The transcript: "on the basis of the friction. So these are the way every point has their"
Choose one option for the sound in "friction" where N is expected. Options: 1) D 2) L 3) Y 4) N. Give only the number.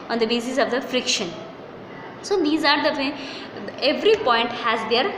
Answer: 4